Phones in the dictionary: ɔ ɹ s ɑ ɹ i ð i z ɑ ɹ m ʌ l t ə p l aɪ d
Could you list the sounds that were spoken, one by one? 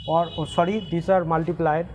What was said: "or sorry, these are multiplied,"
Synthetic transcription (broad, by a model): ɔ ɹ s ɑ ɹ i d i s ɑ ɹ m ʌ l t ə p l aɪ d